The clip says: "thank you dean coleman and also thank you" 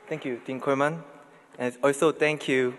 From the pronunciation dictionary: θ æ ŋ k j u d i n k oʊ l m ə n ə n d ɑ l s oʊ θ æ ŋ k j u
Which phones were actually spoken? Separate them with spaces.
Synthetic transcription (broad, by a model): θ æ ŋ k j u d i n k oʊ m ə n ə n ɑ l s oʊ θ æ ŋ k j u